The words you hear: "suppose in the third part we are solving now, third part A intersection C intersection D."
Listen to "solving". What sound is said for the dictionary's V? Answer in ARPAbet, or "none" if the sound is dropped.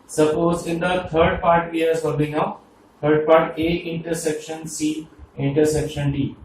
B